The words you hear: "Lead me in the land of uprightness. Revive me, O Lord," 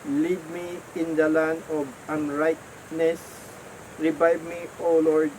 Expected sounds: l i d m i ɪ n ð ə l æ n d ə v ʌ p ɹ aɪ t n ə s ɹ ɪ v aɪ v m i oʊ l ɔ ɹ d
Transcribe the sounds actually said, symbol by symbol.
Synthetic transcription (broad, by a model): l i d m i ɪ n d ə l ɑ n ə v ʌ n ɹ aɪ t n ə s ɹ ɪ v aɪ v m i oʊ l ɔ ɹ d